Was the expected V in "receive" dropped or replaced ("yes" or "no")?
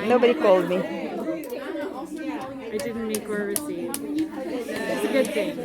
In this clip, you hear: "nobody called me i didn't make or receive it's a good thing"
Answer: yes